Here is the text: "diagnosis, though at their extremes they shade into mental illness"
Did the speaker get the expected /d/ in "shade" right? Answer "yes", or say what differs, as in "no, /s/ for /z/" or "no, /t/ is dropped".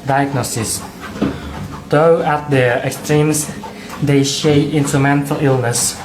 no, /d/ is dropped